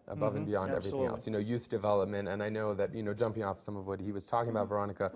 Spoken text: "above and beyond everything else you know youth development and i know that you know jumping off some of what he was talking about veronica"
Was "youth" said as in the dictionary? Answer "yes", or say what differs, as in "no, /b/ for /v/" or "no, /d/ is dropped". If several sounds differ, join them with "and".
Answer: yes